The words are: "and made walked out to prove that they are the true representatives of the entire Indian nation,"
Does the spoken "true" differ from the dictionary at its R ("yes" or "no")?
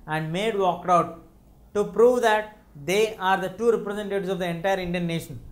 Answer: yes